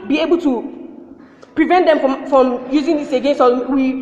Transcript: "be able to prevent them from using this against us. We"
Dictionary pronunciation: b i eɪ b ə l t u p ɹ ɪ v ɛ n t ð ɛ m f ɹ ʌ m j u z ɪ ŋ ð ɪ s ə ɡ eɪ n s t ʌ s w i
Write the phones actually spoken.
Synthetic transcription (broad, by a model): b i eɪ b ə l t u p ɹ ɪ v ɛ n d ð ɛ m f ɹ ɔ m j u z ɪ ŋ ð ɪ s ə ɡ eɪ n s ɔ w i